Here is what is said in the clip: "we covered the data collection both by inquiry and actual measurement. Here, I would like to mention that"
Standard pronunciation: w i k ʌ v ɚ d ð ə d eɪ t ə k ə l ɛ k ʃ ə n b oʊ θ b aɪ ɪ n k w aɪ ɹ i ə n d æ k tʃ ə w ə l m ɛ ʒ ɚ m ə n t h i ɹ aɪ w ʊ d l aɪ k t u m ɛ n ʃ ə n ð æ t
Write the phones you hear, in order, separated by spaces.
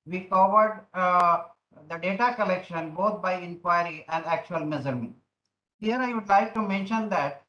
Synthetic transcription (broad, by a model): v i k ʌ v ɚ d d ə d eɪ t ə k ə l ɛ k ʃ ə n b oʊ t b aɪ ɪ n k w aɪ ɹ i ə n d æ k tʃ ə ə l m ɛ z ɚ m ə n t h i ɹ aɪ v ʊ d l aɪ k t u m ɛ n ʃ ə n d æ t